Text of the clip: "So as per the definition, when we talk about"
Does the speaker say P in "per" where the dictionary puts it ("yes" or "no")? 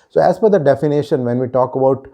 no